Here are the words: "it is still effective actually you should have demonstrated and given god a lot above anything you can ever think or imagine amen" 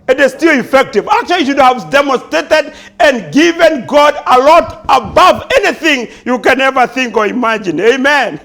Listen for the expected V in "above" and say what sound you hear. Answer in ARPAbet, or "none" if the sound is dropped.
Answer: V